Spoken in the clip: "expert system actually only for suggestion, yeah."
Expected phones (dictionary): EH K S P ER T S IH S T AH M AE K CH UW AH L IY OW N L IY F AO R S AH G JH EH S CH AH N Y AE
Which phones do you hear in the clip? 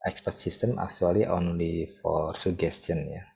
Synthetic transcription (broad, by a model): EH K S P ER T S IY S T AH M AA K S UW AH L IY OW N L IY F AO R S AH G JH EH S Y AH N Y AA